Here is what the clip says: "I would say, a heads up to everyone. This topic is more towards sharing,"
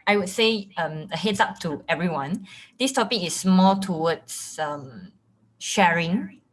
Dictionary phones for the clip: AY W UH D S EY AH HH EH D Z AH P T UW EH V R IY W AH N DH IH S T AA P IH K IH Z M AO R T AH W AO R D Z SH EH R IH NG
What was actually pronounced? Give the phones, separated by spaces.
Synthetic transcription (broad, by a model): AY W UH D S EY AH HH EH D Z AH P T UW EH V R IY W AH N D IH S T AA P IH K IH S M AO L T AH W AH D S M SH EH R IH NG